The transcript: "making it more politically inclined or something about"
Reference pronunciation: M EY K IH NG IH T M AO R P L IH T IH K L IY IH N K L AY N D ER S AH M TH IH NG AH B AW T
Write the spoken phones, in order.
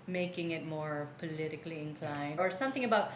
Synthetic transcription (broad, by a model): M EY K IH NG IH T M AO R P L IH T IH K L IY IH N K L AY N ER S AH M TH IH NG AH B AW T